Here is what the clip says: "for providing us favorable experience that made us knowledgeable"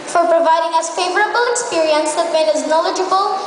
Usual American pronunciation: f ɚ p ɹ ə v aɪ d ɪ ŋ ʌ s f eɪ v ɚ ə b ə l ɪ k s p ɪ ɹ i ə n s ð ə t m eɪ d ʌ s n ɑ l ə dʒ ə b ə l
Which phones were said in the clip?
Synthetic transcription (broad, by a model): f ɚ p ɹ ə v aɪ d ɪ ŋ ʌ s f eɪ v ɚ ə b ə l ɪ k s p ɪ ɹ i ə n s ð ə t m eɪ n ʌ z n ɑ l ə dʒ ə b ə l